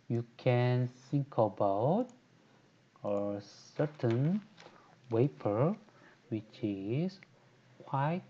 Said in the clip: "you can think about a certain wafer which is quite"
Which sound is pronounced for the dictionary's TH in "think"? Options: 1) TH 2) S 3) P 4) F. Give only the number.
2